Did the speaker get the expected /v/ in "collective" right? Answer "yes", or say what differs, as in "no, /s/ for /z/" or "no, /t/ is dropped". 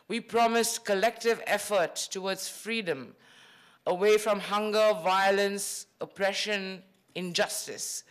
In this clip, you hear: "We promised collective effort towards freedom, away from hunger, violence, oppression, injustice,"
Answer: yes